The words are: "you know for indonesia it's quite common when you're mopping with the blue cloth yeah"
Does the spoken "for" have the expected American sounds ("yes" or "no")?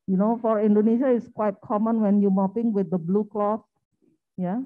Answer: yes